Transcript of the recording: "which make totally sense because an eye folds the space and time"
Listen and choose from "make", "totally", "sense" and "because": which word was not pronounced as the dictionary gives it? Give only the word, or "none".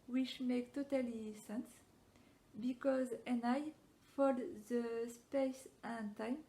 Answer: none